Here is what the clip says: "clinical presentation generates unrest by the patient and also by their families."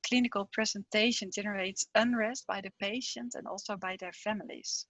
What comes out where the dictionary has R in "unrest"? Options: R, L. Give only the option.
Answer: R